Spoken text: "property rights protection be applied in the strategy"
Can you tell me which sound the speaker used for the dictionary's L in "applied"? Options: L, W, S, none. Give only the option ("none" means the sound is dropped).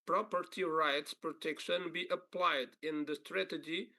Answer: L